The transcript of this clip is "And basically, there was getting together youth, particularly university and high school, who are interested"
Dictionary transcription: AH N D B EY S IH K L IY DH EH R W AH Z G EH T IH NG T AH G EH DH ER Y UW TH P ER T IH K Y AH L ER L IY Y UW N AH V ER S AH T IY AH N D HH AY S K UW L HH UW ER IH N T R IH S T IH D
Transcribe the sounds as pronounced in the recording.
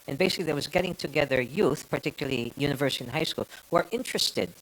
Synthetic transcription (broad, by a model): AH N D B EY S IH K L IY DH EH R W AH Z G EH T IH NG T AH G EH DH ER Y UW TH P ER T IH K Y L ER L IY Y UW N AH V ER S AH T IY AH N HH AY S K UW L HH UW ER IH N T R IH S T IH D